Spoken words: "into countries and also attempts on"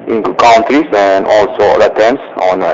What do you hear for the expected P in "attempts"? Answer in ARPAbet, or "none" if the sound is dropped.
none